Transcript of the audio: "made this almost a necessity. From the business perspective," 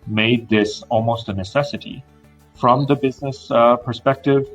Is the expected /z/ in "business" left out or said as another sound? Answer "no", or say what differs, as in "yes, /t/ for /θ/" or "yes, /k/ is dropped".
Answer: no